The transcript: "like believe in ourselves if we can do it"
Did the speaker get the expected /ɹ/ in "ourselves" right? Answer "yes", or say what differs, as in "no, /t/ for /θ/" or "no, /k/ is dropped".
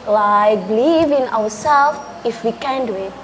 no, /w/ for /ɹ/